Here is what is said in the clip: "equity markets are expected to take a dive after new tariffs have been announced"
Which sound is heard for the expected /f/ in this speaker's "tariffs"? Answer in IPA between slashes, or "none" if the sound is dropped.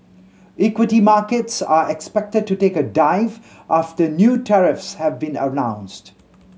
/f/